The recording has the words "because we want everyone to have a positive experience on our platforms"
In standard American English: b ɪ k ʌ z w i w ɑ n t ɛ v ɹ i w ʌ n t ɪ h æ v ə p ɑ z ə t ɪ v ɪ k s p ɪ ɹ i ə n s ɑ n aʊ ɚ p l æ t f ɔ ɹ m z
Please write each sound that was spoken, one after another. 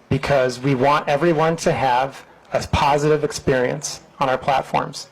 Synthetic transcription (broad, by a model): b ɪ k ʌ z w i w ɑ n t ɛ v ɹ i w ʌ n t ɪ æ v ə p ɑ z ə t ɪ v ɪ k s p ɪ ɹ i ə n s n aʊ ɚ p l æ t f ɔ ɹ m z